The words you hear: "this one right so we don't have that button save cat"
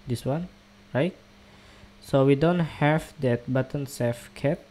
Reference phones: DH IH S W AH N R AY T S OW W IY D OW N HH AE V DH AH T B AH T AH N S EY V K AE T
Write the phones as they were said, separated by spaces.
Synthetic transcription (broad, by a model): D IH S W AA N R AY T S OW W IY D OW N HH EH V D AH T B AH T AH N S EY F K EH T